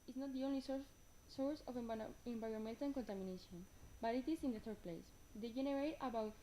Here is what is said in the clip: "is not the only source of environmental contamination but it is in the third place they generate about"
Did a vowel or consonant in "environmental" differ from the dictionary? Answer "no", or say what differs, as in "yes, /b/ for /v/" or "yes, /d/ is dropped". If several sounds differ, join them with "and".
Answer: yes, /n/ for /l/